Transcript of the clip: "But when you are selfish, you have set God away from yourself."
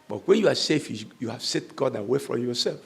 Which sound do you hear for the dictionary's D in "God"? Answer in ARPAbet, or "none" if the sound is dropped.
D